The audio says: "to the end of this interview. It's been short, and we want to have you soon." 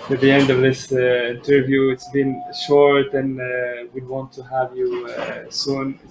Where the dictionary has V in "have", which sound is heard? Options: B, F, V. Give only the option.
V